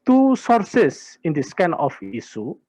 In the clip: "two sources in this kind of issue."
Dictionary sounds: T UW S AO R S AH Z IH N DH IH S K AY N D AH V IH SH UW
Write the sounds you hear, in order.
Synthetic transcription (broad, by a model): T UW S AO R S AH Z IH N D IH S K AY N AH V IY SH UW